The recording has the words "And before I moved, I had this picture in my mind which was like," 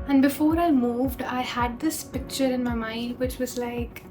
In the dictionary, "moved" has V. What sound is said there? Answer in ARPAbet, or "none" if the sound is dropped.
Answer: V